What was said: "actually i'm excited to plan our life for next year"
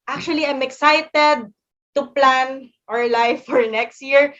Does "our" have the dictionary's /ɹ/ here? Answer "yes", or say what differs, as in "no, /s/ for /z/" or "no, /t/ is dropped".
yes